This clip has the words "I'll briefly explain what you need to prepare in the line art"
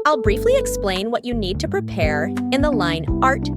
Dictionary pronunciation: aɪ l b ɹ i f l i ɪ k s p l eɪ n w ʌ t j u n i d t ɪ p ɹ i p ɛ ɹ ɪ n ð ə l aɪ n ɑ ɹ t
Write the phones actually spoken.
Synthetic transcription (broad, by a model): aɪ l b ɹ i f l i ɪ k s p l eɪ n w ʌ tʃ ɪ n i d t ɪ p ɹ i p ɛ ɹ ɪ n ð ə l aɪ n ɑ ɹ t